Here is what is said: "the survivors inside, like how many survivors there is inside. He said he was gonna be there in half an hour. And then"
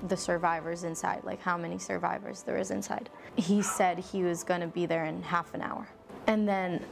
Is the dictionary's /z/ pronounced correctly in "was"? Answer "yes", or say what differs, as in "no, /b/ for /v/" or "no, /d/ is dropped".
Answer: yes